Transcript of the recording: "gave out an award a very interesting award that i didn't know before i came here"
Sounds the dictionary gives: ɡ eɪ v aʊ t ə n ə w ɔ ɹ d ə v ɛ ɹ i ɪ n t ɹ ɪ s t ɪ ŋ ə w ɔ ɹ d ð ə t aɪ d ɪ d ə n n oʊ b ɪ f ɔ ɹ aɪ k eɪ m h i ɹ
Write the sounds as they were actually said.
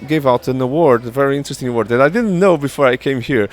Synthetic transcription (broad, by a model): ɡ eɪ v aʊ t ə n ə w ɔ ɹ d ə v ɛ ɹ i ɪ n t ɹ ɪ s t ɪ ŋ ə w ɔ ɹ d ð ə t aɪ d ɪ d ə n n oʊ b ɪ f ɔ ɹ aɪ k eɪ m h i ɹ